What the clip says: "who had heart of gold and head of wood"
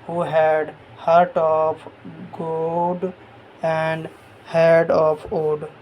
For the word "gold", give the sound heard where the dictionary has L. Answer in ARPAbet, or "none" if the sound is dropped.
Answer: none